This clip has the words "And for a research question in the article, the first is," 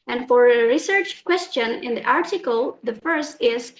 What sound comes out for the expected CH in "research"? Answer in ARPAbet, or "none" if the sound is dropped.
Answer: CH